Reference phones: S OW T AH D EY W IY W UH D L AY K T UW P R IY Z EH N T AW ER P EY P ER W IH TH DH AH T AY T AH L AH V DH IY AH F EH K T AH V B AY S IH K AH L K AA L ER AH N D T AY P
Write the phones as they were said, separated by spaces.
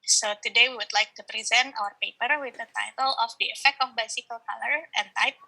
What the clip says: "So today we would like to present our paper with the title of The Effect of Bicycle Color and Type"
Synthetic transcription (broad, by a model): S OW T AH D EY W IY W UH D L AY K T UW P R IY Z EH N T AW ER P EY P ER W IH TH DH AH T AY T AH L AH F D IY AH F EH K T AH F B AY S IH K AH L K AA L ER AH N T AY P